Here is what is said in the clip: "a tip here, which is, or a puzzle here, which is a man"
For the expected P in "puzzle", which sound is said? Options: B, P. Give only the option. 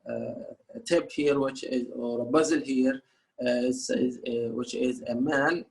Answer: B